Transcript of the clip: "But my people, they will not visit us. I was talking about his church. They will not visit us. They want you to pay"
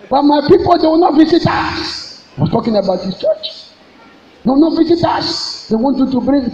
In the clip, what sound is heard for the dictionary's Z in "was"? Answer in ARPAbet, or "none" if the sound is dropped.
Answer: S